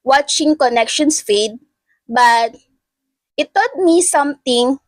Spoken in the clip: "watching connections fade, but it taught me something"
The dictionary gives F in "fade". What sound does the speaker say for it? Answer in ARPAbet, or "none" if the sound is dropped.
F